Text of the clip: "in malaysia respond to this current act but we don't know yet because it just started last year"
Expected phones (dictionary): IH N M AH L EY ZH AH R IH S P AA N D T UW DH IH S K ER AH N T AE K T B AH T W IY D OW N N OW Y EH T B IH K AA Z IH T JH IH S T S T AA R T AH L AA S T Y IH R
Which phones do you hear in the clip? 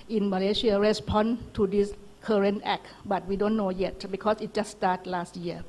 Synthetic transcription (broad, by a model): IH N M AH L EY S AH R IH S P AA N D T UW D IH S K ER AH N T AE K B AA T W IY D OW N N OW Y EH T B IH K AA S IH T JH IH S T S T AA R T L AA S T Y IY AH